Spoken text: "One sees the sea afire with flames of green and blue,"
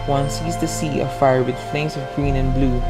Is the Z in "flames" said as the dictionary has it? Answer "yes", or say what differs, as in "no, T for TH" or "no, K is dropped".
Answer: no, S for Z